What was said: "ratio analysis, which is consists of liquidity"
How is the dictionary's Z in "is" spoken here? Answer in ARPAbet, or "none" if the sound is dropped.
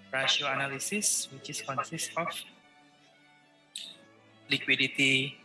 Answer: S